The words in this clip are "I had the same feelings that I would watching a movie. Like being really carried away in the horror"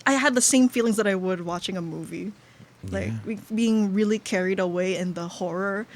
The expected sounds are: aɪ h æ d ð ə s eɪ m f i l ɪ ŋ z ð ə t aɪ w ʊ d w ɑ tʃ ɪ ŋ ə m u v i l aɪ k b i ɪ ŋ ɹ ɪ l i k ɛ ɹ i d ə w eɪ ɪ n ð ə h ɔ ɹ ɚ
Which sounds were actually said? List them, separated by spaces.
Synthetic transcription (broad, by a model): aɪ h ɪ d ð ə s eɪ m f i l ɪ ŋ z ð ə t aɪ w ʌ d w ɑ tʃ ɪ ŋ ə m u v i l aɪ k b i ɪ ŋ ɹ ɪ l i k ɛ ɹ i d ə w eɪ ɪ n ð ə h ɔ ɹ ɚ